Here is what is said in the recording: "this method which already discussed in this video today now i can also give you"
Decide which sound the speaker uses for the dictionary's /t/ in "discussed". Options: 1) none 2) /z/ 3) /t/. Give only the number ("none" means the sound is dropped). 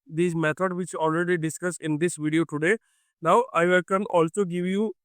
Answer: 1